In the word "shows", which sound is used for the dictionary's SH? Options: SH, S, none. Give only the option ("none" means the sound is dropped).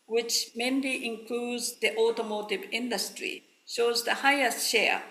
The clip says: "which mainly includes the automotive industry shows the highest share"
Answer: SH